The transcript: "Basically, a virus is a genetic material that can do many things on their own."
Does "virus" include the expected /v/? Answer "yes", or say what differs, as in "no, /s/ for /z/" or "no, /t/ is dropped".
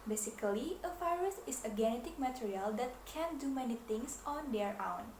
no, /f/ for /v/